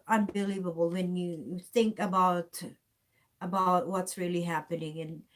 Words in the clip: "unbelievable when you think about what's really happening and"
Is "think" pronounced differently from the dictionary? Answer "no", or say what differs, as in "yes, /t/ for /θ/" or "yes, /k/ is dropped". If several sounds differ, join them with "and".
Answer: no